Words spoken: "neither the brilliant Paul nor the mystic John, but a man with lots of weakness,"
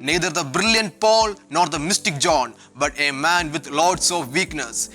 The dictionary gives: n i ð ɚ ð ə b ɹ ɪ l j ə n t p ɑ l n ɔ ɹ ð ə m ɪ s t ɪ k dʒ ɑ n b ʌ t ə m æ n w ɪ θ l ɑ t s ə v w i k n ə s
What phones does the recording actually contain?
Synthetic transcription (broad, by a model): n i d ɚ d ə b ɹ ɪ l j ə n t p ɑ l n ɔ ɹ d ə m ɪ s t ɪ k dʒ ɑ n b ʌ t ə m æ n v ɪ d l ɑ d s ə v i k n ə s